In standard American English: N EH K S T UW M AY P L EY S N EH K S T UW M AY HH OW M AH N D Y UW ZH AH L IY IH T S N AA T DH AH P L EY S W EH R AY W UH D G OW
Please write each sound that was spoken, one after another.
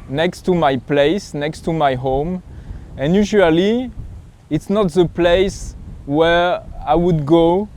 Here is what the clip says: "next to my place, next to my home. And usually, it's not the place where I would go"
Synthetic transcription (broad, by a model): N EH K S T UW M AY P L EY S N EH K S T UW M AY HH OW M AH N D Y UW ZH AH L IY IH T S N AA T DH AH P L EY S W EH R AY W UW D G OW